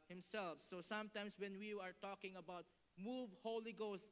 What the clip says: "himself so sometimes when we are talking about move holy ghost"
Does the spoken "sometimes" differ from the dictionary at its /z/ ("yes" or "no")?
yes